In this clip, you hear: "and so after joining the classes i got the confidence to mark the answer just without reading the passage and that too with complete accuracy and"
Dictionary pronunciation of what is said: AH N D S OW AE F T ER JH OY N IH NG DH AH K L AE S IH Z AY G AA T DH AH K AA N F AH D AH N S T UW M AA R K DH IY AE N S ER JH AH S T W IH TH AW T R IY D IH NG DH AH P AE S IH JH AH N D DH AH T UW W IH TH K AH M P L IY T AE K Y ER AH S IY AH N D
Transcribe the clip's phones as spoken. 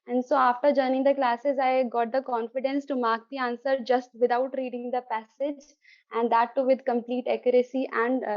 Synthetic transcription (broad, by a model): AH N D S OW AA F T ER JH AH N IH NG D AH K L AE S IH Z AY G AA T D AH K AA N F AH D AH N S T UW M AA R K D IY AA N S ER JH AH S T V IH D AW T R IY D IH NG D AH P AE S IH JH AH N D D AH T UW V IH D K AH M P L IY T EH K Y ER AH S IY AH N D